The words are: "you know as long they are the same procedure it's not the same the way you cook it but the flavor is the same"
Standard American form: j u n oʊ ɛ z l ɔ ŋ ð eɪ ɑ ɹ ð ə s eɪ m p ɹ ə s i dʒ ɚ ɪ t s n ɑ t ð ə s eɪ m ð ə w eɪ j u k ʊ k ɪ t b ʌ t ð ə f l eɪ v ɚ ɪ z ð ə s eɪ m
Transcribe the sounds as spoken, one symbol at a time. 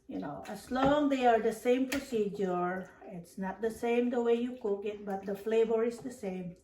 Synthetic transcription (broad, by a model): j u n oʊ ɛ s l ɔ ŋ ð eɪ ɑ ɹ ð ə s eɪ m p ɹ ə s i dʒ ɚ ɪ t s n ɑ t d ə s eɪ m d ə w eɪ j u k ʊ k ɪ t b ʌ t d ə f l eɪ v ɚ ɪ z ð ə s eɪ m